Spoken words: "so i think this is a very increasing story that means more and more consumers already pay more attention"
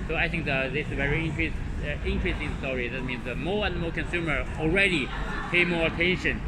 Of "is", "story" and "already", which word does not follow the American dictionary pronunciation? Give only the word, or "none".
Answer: is